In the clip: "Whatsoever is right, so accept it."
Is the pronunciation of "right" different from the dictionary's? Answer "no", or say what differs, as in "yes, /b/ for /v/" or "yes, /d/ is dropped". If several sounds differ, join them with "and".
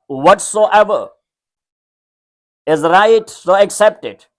no